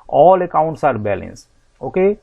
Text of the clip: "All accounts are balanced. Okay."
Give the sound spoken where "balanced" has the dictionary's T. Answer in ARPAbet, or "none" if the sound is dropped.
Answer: none